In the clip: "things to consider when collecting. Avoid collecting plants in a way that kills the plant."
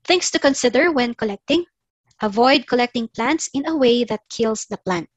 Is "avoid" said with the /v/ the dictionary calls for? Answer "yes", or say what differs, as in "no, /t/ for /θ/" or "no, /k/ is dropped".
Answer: yes